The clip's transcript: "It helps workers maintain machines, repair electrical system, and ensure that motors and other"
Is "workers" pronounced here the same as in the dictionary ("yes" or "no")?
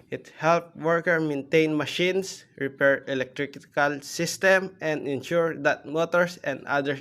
no